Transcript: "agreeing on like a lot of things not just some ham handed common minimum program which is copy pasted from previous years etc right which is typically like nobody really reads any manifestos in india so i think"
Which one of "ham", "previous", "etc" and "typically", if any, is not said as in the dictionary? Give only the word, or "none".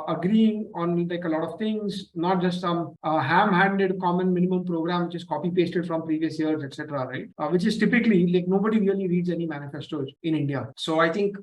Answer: none